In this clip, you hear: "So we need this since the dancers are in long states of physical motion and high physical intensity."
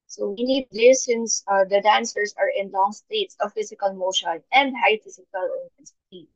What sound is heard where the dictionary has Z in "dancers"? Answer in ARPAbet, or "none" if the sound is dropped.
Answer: S